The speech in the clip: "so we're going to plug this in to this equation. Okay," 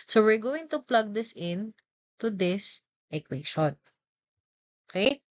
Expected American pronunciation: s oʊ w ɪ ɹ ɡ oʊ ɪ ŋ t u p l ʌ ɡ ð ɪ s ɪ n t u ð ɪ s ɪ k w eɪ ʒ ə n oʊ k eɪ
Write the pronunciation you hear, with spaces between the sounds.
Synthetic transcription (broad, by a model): s oʊ w ɪ ɹ ɡ oʊ ɪ ŋ t u p l ʌ ɡ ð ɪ s ɪ n t u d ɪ s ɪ k w eɪ ʃ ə n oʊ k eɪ